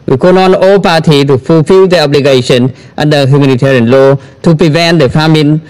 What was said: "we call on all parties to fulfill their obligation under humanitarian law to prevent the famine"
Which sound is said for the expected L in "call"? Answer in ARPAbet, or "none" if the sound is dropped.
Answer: N